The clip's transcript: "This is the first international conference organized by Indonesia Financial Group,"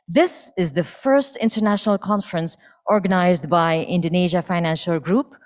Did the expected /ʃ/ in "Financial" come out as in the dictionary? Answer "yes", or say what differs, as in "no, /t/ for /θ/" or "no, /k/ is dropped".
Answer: yes